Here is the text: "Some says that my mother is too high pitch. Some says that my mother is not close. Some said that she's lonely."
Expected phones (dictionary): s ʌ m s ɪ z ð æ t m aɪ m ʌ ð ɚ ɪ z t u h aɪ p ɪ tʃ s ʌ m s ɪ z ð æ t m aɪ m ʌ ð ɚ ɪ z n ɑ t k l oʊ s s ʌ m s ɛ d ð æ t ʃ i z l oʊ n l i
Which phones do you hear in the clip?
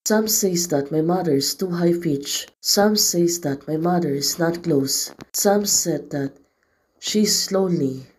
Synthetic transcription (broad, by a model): s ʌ m s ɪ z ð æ t m aɪ m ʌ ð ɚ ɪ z t u h aɪ f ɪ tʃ s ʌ m s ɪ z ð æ t m aɪ m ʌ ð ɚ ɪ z n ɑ t k l oʊ s s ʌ m s ɛ d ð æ t ʃ i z l oʊ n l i